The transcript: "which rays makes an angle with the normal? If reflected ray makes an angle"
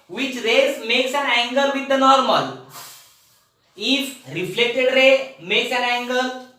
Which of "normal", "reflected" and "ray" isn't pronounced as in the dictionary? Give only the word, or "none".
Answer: none